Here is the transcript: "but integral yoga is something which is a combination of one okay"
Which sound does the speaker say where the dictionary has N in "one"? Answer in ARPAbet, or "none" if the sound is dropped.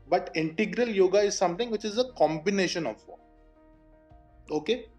none